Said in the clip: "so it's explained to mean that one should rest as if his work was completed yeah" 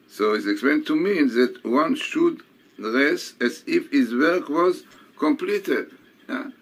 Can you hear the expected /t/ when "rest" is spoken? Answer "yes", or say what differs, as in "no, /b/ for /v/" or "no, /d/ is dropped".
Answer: no, /t/ is dropped